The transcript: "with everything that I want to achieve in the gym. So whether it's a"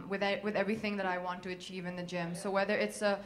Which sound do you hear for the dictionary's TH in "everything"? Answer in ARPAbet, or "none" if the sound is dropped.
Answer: TH